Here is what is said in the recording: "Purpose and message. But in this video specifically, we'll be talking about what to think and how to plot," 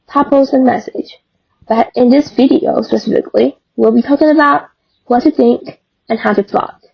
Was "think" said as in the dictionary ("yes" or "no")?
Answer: yes